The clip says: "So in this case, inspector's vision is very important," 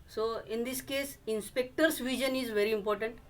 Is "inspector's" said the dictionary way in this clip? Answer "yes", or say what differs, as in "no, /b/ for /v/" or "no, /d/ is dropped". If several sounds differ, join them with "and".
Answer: no, /s/ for /z/